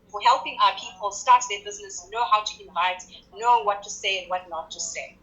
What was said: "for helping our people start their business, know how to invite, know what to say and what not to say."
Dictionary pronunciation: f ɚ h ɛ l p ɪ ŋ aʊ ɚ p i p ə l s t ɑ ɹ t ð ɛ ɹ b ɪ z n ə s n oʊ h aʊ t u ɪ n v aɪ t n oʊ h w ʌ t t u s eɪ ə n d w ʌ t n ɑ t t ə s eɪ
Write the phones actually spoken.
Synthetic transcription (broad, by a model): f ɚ h ɛ l p ɪ ŋ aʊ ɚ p i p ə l s t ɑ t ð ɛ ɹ b ɪ z n ə s n oʊ h aʊ t u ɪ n v aɪ t n oʊ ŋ w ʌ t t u s eɪ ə n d w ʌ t n ɑ t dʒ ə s eɪ